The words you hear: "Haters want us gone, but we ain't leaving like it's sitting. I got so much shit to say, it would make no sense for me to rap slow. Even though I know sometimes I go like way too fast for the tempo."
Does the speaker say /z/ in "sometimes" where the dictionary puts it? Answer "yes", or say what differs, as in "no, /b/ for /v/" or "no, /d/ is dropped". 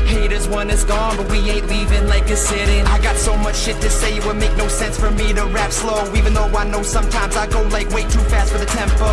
yes